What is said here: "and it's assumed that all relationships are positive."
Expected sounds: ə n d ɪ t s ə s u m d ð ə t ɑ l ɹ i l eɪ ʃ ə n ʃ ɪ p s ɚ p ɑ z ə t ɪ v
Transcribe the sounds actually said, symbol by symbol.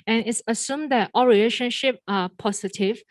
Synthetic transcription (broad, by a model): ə n ɪ t s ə s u m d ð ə t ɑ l ɹ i l eɪ ʃ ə n ʃ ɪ p ɚ p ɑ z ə t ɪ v